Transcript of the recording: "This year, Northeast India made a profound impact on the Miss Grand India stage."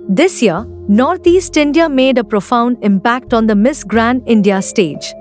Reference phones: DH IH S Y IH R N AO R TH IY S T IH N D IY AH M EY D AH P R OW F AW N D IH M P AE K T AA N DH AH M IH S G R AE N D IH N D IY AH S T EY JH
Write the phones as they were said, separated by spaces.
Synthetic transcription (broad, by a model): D IH S Y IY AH N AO R T IY S T IH N D IY AH M EY D AH P R OW F AW N D IH M P AE K T AA N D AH M IH S G R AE N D IH N D IY AH S T EY JH